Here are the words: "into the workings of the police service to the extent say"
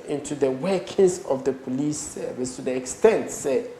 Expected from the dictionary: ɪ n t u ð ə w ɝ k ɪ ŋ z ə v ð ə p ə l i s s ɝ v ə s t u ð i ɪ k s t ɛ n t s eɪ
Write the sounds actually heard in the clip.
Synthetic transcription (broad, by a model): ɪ n t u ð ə w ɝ k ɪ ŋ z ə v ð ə p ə l i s s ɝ v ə s t u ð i ɪ k s t ɛ n t s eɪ